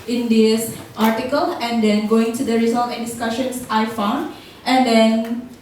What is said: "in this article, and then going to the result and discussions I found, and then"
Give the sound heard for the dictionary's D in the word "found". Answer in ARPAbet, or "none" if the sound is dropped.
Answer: D